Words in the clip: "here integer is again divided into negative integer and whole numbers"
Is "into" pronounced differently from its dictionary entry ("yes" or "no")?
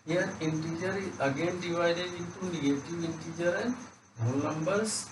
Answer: yes